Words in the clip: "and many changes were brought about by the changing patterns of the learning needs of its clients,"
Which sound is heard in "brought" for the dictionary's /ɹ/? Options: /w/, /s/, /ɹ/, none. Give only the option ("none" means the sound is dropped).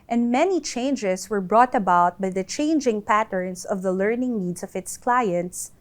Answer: /ɹ/